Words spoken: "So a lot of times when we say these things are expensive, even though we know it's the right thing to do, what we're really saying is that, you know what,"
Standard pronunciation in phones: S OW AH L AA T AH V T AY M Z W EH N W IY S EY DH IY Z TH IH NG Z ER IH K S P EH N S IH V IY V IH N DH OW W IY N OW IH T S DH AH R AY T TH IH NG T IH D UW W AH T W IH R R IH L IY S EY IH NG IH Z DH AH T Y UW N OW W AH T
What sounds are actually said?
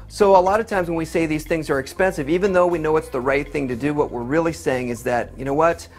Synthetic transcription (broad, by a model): S OW AH L AA T AH V T AY M Z W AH N W IY S EY DH IY Z TH IH NG Z ER IH K S P EH N S IH V IY V IH N DH OW W IY N OW IH T S DH AH R AY T TH IH NG T IH D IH W AH T W IH R R IH L IY S EY IH NG IH Z DH AH T Y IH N OW W AH T